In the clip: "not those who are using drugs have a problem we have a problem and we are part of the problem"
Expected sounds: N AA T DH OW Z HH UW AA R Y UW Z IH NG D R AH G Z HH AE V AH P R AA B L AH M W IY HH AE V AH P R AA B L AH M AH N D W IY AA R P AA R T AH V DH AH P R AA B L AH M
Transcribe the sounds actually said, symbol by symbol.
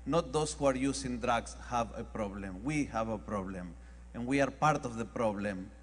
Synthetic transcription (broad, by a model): N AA T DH OW S HH UW AA R Y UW S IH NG D R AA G S HH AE V AH P R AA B L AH M W IY HH AE V AH P R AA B L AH M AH N W IY AA R P AA R T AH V DH AH P R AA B L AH M